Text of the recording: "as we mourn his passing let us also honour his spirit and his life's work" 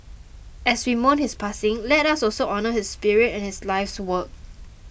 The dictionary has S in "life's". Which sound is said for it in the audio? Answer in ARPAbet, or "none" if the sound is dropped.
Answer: S